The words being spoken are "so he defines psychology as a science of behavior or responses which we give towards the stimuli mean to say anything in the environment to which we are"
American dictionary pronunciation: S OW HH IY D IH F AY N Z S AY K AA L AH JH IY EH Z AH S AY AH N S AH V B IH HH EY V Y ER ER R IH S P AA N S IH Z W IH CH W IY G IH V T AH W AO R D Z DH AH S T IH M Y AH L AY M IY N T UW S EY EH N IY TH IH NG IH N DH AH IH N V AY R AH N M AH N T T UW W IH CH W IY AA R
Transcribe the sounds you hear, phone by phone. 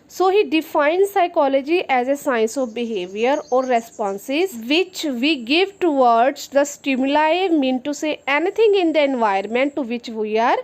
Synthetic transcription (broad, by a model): S OW HH IY D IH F AY N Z S AY K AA L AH JH IY EH Z AH S AY AH N S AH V B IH HH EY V Y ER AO R IH S P AA N S IH Z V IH CH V IY G IH V T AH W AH R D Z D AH S T IH M Y AH L AY M IY N T UW S EY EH N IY T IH NG IH N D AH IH N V AY AH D M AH N T T UW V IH CH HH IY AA R